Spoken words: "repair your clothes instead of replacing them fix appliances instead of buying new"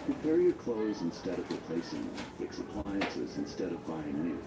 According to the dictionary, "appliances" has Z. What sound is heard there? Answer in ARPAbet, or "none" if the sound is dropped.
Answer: Z